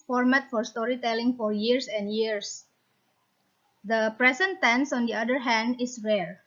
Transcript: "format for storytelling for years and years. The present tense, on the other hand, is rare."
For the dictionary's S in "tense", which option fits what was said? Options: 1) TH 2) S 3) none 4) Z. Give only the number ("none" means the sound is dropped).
2